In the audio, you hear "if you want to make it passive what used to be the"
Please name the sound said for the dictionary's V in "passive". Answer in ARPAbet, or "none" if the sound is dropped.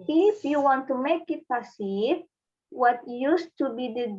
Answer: P